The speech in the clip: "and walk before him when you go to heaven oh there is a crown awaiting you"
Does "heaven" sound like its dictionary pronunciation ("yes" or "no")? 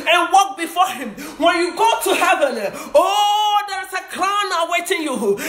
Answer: no